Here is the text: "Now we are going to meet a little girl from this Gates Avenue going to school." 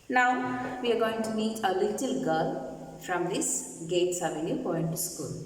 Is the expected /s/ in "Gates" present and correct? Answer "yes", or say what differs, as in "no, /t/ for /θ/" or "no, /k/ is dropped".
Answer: yes